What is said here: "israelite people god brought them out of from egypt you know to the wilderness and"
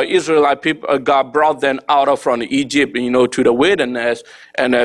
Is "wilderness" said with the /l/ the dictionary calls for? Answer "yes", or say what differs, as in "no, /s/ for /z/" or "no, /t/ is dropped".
no, /l/ is dropped